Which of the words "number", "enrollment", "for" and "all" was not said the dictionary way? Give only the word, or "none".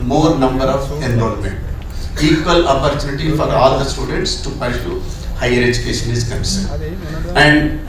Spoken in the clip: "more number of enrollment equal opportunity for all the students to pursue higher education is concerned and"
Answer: enrollment